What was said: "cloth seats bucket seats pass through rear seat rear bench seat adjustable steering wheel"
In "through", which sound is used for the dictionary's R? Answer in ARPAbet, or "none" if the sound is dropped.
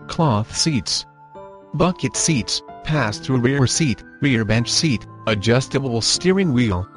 R